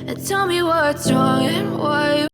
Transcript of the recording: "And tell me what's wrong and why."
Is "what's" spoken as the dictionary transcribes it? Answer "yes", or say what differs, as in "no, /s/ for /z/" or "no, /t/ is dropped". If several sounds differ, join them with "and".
no, /s/ is dropped